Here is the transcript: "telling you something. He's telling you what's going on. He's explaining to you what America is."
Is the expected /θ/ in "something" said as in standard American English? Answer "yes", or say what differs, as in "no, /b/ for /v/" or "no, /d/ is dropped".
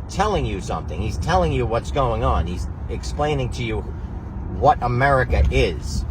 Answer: yes